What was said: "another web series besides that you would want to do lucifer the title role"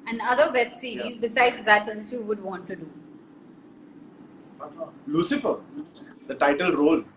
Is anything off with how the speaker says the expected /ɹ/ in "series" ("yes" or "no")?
yes